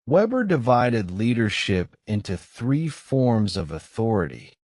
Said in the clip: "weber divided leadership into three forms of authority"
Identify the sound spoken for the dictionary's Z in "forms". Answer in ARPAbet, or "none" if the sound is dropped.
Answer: Z